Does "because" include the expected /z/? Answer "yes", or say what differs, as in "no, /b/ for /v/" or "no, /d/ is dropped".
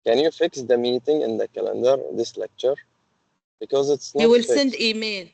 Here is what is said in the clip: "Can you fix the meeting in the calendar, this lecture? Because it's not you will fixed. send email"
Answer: yes